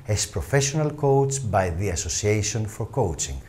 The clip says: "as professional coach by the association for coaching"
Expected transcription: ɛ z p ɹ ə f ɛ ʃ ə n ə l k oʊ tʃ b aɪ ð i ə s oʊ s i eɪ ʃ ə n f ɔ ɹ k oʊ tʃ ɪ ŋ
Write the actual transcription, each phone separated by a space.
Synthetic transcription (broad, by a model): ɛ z p ɹ ə f ɛ ʃ ə n ə l k oʊ s b aɪ ð i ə s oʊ s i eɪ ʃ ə n f ɔ ɹ k oʊ tʃ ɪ ŋ